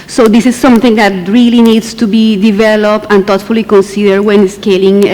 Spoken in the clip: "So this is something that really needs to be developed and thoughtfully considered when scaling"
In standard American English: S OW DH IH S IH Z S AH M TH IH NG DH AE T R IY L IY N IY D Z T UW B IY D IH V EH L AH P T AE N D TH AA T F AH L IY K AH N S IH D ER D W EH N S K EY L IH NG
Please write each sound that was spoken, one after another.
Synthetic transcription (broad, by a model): S OW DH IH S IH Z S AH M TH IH NG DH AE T R IY L IY N IY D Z T UW B IY D IH V EH L AH P T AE N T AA T F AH L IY K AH N S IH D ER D W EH N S K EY L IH NG